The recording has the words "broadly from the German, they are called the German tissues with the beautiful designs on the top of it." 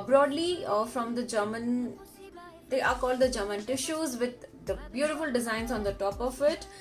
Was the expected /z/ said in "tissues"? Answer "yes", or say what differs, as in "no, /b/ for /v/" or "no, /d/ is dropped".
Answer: yes